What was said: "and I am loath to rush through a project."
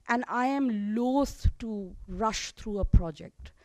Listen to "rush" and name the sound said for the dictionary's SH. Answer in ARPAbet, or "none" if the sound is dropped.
SH